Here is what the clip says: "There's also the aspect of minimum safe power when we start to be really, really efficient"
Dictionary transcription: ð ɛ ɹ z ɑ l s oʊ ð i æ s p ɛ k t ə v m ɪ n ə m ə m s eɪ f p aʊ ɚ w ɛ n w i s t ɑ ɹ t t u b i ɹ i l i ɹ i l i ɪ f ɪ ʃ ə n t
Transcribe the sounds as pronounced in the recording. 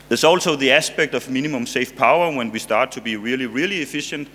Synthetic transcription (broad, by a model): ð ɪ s ɑ l s oʊ ð i æ s p ɛ k t ə v m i n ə m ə m s eɪ f p aʊ ɚ w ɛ n w i s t ɑ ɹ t t u b i ɹ i l i ɹ i l i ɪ f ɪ ʃ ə n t